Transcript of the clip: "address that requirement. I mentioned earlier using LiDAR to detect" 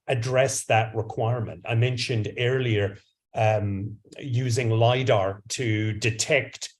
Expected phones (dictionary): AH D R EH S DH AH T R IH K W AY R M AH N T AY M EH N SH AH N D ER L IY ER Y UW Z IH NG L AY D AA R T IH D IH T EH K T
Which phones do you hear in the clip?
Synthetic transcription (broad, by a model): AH D R EH S DH AH T R IH K W AY R M AH N T AY M EH N SH AH N D ER L IY ER Y UW Z IH NG L AY D AA R T IH D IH T EH K T